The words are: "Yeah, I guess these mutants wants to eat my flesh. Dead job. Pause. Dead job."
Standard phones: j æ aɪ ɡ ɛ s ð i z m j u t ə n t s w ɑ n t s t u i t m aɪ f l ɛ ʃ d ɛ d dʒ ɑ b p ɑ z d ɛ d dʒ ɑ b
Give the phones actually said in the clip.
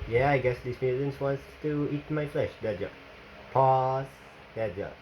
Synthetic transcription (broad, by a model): j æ aɪ ɡ ɛ s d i s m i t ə n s w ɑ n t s t u i t m aɪ f l ɛ ʃ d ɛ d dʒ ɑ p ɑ s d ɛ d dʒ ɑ